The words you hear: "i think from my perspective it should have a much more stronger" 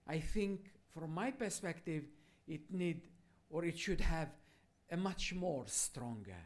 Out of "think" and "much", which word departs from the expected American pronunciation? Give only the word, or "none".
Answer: none